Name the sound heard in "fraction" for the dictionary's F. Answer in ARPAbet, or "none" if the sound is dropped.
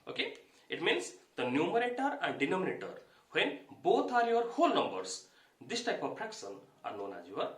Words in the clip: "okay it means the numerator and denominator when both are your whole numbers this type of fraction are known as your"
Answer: P